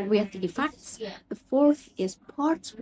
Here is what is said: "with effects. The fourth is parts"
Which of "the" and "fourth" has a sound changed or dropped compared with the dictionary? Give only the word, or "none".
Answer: none